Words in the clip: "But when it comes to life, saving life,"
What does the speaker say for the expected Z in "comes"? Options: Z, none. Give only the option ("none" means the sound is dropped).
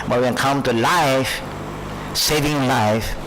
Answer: none